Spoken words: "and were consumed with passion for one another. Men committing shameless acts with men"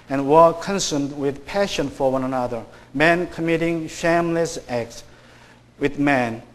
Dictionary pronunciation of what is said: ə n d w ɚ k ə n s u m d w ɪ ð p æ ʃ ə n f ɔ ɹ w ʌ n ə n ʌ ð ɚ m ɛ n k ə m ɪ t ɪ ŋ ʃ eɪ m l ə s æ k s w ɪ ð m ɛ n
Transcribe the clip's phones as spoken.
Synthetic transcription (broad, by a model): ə n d w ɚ k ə n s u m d w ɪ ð p æ ʃ ə n f ɔ ɹ w ʌ n ə n ʌ ð ɚ m ɛ n k ə m ɪ t ɪ ŋ ʃ eɪ m l ə s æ k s w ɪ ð m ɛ n